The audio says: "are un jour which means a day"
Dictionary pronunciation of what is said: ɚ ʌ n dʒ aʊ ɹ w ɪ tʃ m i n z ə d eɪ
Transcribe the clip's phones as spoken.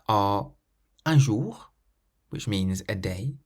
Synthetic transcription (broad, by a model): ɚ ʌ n ʒ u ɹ w ɪ tʃ m i n z ə d eɪ